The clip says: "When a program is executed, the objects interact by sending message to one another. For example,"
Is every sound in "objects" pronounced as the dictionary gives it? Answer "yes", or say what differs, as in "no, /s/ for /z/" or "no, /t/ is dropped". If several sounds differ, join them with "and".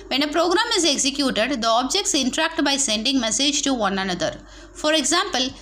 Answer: yes